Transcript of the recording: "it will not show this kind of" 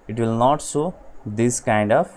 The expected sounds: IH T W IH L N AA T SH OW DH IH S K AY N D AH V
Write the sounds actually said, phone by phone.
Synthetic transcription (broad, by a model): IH T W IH L N AA T S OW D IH S K AY N D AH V